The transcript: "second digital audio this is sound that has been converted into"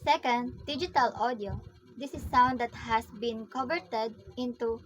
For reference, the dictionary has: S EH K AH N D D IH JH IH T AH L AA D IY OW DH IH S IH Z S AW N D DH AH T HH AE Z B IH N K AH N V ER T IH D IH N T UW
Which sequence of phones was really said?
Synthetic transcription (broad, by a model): S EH K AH N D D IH JH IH T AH L AA D IY OW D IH S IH S AW N D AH T HH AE S B IH N K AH V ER T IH D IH N T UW